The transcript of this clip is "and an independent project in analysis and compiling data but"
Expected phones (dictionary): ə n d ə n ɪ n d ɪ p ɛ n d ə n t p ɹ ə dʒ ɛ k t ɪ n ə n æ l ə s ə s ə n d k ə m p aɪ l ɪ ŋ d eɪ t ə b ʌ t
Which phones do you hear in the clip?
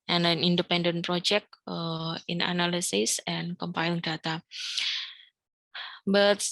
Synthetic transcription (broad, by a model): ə n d ə n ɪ n d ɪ p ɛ n d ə n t p ɹ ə dʒ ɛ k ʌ ɪ n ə n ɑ l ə s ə s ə n k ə m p aɪ ɪ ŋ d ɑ t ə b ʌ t